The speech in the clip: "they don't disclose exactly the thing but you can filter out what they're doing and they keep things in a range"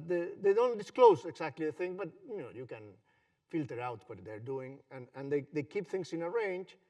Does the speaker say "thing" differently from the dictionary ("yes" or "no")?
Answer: no